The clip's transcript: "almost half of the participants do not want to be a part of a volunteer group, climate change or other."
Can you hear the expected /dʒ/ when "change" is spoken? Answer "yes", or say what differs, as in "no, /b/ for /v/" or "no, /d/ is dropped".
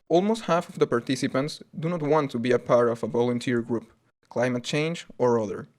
yes